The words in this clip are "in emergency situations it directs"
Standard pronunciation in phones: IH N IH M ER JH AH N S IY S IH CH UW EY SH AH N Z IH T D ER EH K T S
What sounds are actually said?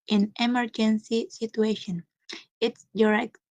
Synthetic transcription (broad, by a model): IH N IH M ER JH AH N S IY S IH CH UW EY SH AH N IH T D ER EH K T